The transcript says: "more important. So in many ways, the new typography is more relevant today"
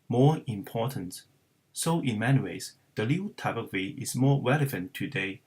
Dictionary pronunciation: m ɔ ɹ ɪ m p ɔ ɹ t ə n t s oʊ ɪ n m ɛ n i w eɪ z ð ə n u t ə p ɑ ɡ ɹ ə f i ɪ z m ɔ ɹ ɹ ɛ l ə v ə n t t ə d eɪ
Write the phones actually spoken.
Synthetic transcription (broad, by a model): m ɔ ɹ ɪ m p ɔ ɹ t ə n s s oʊ ɪ n m ɛ n i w eɪ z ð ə l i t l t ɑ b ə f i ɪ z m ɔ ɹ ɹ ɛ l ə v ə n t t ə d eɪ